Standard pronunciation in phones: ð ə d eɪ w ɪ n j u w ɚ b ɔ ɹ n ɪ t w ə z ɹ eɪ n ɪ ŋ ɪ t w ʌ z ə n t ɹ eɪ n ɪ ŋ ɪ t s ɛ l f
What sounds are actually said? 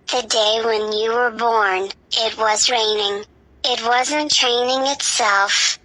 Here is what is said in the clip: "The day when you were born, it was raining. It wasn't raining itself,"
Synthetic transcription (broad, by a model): ð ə d eɪ w ɪ n j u w ɚ b ɔ ɹ n ɪ t w ə z ɹ eɪ n ɪ ŋ ɪ t w ʌ z ə n t ɹ eɪ n ɪ ŋ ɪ t s ɛ l f